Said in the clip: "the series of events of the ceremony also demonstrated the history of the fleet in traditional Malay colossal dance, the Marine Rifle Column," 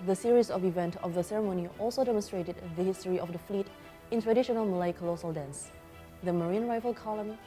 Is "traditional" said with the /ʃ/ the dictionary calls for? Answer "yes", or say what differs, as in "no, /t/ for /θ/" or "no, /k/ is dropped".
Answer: yes